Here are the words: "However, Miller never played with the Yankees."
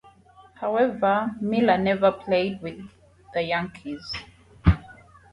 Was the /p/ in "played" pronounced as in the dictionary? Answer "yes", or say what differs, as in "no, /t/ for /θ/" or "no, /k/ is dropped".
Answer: yes